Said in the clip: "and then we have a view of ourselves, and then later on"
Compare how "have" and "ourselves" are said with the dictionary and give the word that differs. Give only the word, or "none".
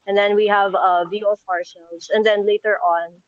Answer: ourselves